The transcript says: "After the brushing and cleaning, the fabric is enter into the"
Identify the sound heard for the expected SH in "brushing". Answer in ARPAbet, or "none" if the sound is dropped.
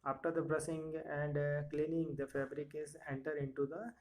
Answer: S